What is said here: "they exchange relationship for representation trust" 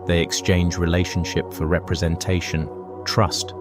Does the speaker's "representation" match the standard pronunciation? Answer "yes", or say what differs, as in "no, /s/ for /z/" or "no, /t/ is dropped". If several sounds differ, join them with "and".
yes